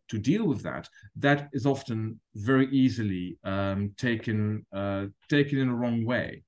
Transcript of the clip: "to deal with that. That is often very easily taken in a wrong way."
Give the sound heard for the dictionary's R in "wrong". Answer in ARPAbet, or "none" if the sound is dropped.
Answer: R